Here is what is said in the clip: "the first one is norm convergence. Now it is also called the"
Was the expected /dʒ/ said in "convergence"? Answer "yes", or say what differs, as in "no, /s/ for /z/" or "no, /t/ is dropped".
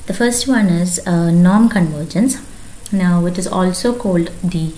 yes